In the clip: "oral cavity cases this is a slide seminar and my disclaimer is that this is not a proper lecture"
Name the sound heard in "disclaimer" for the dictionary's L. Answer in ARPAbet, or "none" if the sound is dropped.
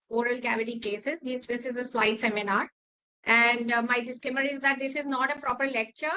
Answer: none